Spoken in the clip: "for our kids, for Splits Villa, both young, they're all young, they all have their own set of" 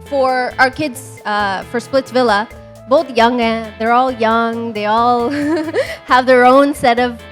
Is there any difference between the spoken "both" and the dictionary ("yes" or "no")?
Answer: no